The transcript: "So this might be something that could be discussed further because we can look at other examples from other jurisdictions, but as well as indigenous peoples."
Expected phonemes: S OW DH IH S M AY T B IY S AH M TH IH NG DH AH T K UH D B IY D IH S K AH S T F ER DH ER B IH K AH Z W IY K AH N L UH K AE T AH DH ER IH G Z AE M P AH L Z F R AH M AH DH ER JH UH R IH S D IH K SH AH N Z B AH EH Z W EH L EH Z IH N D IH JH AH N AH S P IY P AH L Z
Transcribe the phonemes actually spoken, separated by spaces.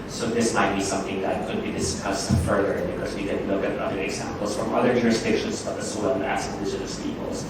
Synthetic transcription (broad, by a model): S OW DH IH S M AY T B IY S AH M TH IH NG DH AH T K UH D B IY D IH S K AH S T F ER DH ER B IH K AH Z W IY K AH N L UH K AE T AH DH ER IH G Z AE M P L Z F R AH M AH DH ER JH UH R IH S D IH K SH AH N Z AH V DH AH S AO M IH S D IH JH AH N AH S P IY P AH L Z